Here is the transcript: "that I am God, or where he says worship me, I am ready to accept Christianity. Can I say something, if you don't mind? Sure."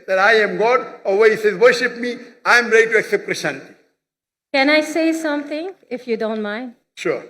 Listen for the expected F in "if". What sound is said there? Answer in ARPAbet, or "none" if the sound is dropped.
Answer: F